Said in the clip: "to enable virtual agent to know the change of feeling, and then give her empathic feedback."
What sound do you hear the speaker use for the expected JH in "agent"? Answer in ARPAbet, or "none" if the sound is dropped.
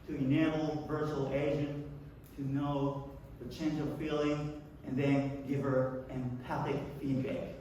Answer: ZH